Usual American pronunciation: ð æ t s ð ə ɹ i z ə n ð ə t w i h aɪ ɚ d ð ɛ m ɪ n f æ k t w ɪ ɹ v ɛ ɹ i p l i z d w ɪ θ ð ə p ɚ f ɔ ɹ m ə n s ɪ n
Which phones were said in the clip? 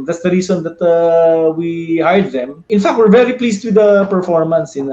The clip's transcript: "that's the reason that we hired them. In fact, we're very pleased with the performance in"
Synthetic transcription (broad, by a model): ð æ t s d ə ɹ i s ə n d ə t w i h aɪ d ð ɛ m ɪ n f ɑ k t w ɪ ɹ v ɛ ɹ i p l i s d w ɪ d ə p ɚ f ɔ ɹ m ə n s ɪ n